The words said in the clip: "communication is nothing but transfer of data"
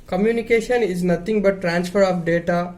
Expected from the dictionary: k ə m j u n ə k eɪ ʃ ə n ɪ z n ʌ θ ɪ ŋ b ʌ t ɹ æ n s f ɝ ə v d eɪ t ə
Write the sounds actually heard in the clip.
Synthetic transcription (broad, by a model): k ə m j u n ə k eɪ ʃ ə n ɪ z n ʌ t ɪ ŋ b ʌ t ɹ æ n s f ɝ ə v d eɪ t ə